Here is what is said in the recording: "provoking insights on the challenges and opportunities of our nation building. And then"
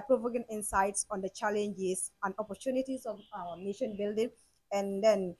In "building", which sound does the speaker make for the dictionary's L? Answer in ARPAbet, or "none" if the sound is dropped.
L